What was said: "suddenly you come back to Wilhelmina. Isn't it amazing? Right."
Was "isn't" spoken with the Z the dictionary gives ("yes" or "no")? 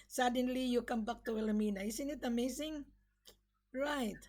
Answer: no